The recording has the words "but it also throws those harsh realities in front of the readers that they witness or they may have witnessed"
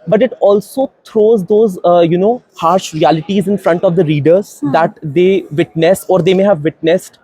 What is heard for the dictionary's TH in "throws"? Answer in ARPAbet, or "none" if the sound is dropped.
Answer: T